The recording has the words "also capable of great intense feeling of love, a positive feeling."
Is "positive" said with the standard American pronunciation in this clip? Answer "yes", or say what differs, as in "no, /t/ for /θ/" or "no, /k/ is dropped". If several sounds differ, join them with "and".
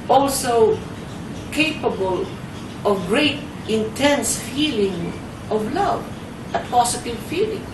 no, /s/ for /z/